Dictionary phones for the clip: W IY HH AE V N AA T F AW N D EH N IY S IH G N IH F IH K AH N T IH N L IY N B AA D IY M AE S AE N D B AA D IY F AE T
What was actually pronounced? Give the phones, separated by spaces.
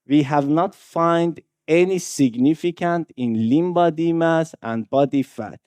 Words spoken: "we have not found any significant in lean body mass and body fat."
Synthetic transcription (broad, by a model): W IY HH AE V N AA T F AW N D EH N IY S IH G N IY F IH K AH N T IH N L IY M B AA D IY M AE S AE N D B AA D IY F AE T